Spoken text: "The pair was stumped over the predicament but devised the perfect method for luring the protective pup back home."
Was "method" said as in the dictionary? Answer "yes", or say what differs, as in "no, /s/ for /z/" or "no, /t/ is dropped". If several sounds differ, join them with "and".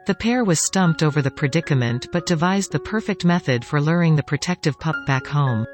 yes